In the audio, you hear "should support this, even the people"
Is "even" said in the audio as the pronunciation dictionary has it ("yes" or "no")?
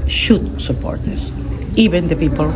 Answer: no